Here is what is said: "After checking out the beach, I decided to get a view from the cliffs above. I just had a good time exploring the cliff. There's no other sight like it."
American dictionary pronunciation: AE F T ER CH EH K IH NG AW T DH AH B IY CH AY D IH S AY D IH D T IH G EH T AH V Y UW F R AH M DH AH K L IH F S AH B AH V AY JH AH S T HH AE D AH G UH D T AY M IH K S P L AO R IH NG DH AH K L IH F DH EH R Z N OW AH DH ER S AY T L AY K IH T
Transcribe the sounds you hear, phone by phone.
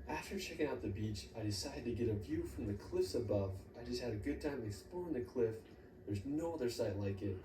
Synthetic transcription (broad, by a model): AE F T ER CH EH K IH NG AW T DH AH B IY CH AY D IH S AY D IH D T IH G EH T AH V Y UW F R AH M DH AH K L IH F S AH B AH V AY JH AH S T HH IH D AH G UH D T AY M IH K S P AO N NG DH AH K L IH F DH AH R Z N OW AH DH ER S AY T L AY K IH T